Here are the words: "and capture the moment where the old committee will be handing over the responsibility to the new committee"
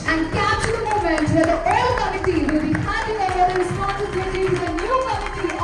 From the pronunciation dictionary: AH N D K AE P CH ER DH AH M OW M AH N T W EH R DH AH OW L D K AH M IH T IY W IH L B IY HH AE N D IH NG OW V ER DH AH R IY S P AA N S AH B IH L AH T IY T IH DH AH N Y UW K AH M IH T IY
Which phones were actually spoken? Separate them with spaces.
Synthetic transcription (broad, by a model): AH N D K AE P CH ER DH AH M OW M AH N T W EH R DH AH OW L D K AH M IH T IY W IH L B IY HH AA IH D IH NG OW ER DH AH R IY S P AA N S AH B IH L AH T IY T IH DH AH N Y UW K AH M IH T IY